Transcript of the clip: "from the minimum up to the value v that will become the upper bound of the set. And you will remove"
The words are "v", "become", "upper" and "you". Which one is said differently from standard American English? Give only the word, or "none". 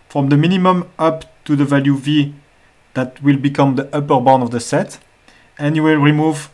none